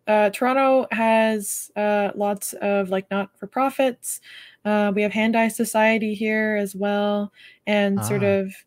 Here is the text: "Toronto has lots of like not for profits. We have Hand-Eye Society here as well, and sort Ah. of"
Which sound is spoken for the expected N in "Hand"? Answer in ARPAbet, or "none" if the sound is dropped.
N